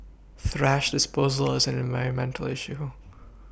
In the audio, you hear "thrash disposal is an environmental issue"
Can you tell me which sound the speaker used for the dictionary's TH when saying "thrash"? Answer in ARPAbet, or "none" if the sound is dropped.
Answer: TH